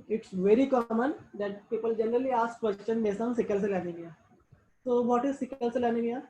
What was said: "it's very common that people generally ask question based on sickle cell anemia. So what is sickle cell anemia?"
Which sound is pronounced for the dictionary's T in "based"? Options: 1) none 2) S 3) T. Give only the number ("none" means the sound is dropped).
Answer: 1